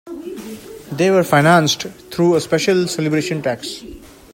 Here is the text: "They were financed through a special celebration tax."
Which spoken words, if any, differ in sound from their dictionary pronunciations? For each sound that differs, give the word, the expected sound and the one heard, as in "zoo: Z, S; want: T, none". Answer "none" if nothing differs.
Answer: through: TH, T